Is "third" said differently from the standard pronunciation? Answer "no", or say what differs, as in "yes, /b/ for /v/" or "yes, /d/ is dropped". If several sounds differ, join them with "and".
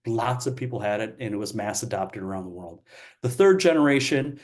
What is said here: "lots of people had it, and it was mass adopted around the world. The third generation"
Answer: no